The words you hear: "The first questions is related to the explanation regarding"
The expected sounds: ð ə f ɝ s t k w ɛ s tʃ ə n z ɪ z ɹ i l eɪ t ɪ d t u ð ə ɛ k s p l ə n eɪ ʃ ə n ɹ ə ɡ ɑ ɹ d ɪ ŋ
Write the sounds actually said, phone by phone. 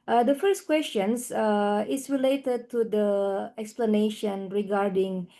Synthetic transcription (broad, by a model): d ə f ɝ s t k w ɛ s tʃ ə n s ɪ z ɹ i l eɪ t ɪ d t u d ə ɛ k s p l ə n eɪ ʃ ə n ɹ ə ɡ ɑ ɹ d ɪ ŋ